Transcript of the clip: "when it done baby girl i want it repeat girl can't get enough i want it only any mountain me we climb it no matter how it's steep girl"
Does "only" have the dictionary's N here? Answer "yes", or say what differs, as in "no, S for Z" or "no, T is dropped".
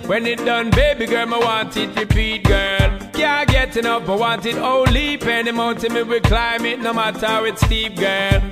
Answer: no, N is dropped